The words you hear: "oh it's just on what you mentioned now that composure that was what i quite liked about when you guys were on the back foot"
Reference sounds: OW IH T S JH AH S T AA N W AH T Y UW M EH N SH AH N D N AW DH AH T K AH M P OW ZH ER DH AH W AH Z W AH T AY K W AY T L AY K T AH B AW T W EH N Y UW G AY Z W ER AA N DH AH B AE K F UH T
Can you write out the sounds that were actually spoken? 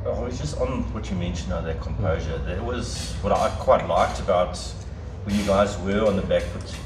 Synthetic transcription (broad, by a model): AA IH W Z JH AH S T N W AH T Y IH M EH N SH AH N N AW DH AH T K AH M P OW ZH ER DH AH W AH Z W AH T AY K W AY T L AY K T AH B AW T W EH N Y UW G AY Z W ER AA N DH AH B AE K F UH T